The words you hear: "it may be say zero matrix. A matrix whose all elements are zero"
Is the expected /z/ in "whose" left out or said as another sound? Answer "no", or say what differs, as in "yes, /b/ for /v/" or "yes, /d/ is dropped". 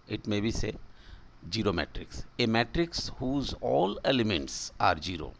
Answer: no